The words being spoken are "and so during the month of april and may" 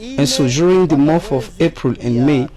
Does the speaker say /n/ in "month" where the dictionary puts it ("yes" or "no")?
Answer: no